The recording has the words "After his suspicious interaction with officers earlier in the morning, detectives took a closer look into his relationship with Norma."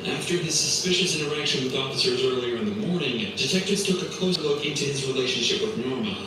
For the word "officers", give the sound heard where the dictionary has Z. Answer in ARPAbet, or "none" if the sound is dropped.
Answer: Z